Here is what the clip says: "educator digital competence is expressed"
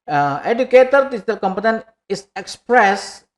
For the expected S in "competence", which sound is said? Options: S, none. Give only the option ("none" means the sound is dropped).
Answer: none